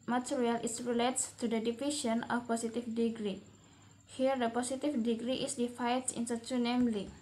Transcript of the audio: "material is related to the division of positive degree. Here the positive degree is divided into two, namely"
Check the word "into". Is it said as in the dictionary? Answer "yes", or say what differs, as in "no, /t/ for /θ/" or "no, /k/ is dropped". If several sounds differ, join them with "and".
no, /s/ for /t/